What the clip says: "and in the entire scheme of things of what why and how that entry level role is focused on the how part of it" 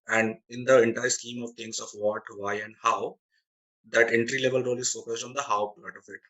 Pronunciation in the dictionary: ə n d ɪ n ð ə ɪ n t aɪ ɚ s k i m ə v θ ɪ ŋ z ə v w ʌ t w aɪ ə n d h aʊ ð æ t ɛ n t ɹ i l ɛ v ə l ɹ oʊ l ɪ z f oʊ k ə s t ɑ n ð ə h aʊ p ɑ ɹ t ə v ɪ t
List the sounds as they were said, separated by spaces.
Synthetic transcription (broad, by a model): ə n d ɪ n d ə ɪ n t aɪ ɚ s k i m ə v t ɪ ŋ s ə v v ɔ t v aɪ ə n d h aʊ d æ t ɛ n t ɹ i l ɛ v ə l ɹ oʊ l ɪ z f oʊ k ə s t ɑ n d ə h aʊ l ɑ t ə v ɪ t